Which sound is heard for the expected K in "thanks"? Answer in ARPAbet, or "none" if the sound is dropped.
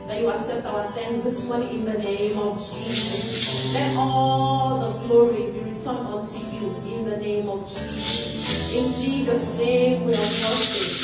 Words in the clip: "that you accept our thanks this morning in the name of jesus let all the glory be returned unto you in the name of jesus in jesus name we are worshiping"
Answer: none